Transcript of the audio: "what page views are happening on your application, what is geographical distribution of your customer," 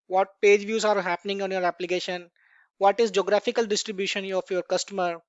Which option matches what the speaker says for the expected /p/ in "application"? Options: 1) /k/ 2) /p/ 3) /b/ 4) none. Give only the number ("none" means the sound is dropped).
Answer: 2